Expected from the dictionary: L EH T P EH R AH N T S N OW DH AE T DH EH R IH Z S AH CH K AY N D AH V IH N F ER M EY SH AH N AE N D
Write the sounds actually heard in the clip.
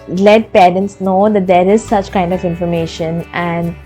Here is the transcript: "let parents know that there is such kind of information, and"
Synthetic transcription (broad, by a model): L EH T P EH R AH N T S N OW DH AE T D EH R IH Z S AH CH K AY N D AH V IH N F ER M EY SH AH N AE N D